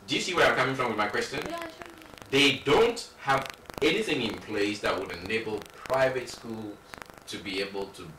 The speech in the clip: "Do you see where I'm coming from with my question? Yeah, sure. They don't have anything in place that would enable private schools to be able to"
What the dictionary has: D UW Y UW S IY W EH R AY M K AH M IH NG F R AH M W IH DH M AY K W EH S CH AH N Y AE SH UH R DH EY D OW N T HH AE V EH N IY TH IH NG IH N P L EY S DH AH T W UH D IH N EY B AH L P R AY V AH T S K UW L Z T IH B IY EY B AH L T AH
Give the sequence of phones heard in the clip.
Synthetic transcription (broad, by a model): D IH Y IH S IY W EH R AY M K AH M IH NG F R AH M W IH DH M AY K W EH S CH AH N DH EY D OW N T HH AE V EH N IY TH IH NG IH N P L EY S DH AH T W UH D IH N EY B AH L P R AY V AH T S K UW L Z T IH B IY EY B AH L T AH